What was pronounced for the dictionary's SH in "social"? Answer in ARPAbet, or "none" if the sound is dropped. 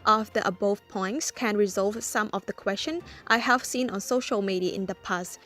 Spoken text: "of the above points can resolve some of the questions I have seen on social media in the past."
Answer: SH